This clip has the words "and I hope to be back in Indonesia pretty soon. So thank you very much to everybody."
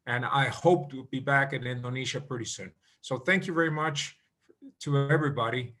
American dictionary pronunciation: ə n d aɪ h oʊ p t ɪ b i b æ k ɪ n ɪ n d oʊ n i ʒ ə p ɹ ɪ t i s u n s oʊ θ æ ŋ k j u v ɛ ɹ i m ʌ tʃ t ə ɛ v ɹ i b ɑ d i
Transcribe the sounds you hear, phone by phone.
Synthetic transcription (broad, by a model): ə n aɪ h oʊ p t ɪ b i b æ k ɪ n ɪ n d oʊ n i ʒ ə p ɹ ɪ t i s u n s oʊ θ æ ŋ k j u v ɛ ɹ i m ʌ tʃ t ə ɛ v ɹ i b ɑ d i